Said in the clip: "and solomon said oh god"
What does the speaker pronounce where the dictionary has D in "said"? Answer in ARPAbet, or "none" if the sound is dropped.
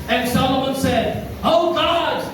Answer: D